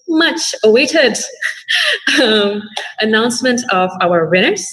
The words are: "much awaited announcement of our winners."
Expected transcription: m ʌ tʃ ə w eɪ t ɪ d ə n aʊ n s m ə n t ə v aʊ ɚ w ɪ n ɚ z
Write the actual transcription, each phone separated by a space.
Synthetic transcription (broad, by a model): m ʌ tʃ ə w eɪ t ɪ d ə n aʊ n s m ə n t ə v aʊ ɚ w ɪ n ɚ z